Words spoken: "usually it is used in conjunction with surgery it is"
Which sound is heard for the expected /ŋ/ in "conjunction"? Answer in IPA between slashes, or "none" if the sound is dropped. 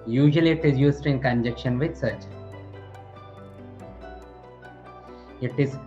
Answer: none